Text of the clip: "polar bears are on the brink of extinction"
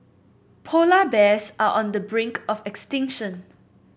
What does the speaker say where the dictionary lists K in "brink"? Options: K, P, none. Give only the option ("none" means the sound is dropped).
K